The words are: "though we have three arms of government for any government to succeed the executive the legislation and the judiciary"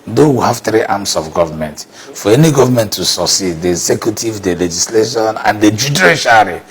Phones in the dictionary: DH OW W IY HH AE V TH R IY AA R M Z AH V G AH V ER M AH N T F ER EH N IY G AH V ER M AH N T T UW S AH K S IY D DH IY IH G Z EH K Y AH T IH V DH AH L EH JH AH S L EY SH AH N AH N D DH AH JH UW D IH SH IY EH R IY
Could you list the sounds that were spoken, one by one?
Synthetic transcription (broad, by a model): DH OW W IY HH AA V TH R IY AA M S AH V G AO V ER M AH N T F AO EH N IY G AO V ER M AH N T T UW S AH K S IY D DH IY IH G Z EH K Y AH T IH V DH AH L EH JH AH S L EY SH AH N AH N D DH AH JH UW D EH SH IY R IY